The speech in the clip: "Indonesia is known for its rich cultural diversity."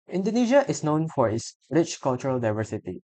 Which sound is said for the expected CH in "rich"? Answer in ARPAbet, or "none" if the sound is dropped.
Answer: CH